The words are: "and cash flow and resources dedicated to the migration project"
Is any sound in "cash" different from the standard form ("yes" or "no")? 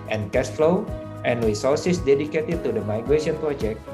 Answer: yes